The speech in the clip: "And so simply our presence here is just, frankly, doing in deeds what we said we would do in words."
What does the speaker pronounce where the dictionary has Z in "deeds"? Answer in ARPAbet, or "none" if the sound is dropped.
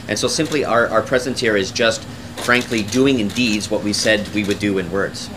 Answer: Z